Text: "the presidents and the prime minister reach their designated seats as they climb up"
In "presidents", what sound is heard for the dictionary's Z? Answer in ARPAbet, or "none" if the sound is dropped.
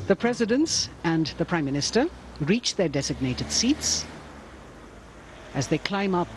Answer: Z